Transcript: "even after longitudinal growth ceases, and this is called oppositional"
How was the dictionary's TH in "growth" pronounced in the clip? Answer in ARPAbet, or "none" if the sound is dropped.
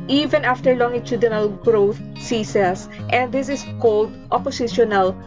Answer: T